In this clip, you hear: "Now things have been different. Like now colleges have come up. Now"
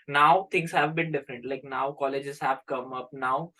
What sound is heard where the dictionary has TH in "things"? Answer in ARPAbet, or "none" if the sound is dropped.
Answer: T